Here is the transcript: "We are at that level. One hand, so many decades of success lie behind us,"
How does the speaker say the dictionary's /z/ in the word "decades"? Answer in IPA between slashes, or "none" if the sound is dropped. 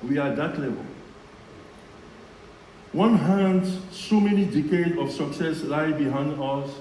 none